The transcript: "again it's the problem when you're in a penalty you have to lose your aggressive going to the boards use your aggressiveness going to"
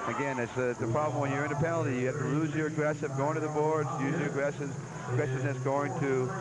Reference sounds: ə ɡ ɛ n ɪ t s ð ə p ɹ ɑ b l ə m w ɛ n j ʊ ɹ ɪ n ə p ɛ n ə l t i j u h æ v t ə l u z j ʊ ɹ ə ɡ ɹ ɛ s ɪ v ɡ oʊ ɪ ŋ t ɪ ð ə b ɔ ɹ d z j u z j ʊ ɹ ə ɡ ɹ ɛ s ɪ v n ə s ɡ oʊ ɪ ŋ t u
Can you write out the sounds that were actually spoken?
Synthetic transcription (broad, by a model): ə ɡ ɛ n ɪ t s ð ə p ɹ ɑ b l ə m w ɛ n j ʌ ɹ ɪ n ə p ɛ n l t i j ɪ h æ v t ə l u z j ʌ ɹ ə ɡ ɹ ɛ s ɪ v ɡ oʊ ɪ ŋ t ɪ ð ə b ɔ ɹ d z j u z j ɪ ɹ ə ɡ ɹ ɛ s ɪ v n ə s ɡ oʊ ɪ ŋ t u